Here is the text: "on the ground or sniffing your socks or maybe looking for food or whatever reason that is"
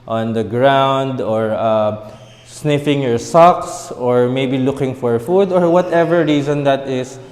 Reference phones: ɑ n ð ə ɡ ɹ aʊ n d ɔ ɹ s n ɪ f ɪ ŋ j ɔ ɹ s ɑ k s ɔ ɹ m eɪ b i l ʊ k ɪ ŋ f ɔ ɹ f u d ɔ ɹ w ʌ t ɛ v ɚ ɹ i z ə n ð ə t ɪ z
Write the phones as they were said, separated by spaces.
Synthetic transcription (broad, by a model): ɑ n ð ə ɡ ɹ aʊ n d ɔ ɹ s n ɪ f ɪ ŋ j ɔ ɹ s ɑ k s ɔ ɹ m eɪ b i l ʊ k ɪ ŋ f ɔ ɹ f u d ɔ ɹ w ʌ t ɛ v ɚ ɹ i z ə n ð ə t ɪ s